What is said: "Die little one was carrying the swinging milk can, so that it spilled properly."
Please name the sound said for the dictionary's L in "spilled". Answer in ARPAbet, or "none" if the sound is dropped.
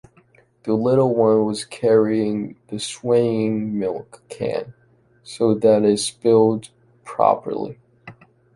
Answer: L